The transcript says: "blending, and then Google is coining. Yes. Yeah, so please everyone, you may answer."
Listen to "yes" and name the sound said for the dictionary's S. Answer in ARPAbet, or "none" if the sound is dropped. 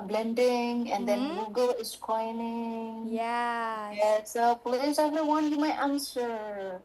none